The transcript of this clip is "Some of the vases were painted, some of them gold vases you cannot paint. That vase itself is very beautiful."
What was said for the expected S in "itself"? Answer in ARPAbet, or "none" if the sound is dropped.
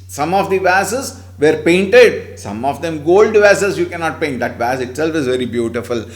S